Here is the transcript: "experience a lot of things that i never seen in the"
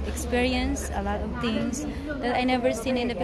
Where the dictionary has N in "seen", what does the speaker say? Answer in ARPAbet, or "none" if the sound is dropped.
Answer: N